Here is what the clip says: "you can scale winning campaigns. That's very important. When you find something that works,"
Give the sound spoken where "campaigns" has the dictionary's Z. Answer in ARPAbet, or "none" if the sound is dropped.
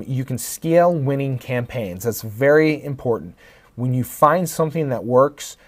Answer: Z